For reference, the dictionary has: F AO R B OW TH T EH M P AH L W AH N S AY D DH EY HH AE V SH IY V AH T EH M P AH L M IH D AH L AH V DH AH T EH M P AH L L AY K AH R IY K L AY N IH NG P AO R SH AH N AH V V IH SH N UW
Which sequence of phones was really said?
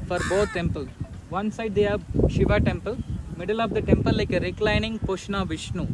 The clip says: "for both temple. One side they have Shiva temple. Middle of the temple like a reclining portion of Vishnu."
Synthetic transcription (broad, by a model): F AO R B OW T T EH M P AH L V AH N S AY D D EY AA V SH IY V AH T EH M P AH L M IH D AH L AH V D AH T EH M P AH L L AY K AH R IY K L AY N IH NG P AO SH N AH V V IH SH N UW